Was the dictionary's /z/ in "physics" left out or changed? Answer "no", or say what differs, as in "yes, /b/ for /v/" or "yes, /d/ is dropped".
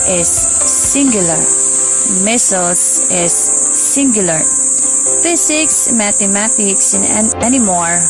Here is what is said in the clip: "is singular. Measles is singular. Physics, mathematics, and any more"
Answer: yes, /s/ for /z/